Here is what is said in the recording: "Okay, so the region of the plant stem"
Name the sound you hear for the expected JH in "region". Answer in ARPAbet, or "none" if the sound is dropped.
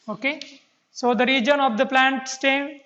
JH